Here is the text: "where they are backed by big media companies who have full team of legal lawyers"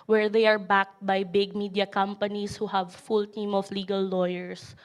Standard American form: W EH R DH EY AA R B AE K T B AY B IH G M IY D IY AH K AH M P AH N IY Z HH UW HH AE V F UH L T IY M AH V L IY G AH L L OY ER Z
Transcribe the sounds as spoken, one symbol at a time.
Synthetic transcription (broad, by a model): W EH R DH EY AA R B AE K T B AY B IH G M IY D IY AH K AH M P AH N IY S HH UW HH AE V F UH L T IY M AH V L IY G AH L L OY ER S